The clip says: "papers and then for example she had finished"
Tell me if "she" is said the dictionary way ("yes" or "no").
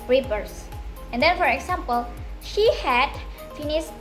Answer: yes